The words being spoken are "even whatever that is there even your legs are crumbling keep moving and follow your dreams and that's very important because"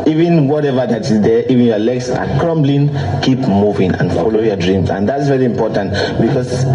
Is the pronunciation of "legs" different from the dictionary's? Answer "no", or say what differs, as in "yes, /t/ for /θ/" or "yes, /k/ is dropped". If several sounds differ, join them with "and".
yes, /s/ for /z/